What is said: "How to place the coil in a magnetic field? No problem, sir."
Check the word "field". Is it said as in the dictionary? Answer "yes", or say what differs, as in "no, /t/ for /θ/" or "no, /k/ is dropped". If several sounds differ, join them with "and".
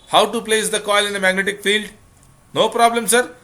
yes